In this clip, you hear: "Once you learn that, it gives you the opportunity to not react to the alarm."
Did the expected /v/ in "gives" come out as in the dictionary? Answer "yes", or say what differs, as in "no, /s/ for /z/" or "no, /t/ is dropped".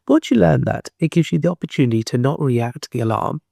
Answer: yes